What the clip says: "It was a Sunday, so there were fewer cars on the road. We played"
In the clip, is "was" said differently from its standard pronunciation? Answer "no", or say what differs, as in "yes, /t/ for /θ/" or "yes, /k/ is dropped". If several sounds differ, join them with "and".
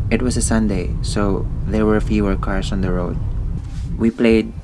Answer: yes, /s/ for /z/